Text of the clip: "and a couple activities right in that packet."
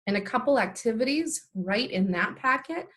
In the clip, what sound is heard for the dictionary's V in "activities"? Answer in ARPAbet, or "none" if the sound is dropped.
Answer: V